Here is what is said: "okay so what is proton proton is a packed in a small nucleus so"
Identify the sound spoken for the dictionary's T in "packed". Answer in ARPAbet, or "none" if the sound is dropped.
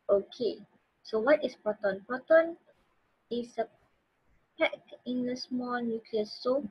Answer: none